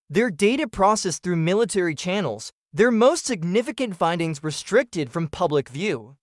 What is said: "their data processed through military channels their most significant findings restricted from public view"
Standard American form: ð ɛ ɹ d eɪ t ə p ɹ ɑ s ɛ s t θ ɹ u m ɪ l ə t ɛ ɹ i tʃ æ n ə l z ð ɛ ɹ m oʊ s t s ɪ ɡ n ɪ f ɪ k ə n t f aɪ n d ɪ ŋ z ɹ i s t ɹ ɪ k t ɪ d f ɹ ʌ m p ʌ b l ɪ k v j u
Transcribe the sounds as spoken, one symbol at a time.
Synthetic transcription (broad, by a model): ð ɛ ɹ d eɪ t ə p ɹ ɑ s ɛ s θ ɹ u m ɪ l ə t ɛ ɹ i tʃ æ n l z ð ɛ ɹ m oʊ s t s ɪ ɡ n ɪ f ɪ k ə n t f aɪ n d ɪ ŋ z ɹ i s t ɹ ɪ k t ɪ d f ɹ ʌ m p ʌ b l ɪ k v j u